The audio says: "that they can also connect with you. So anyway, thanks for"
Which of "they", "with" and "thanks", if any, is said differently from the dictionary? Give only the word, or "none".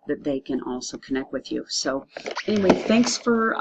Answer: none